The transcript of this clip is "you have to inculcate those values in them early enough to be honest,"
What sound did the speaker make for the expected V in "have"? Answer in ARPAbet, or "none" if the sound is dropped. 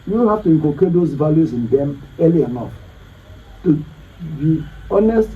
F